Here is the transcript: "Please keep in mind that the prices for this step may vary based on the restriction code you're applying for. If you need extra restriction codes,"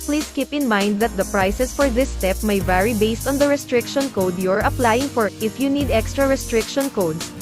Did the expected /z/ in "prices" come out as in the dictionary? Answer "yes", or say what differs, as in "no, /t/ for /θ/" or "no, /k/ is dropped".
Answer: no, /s/ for /z/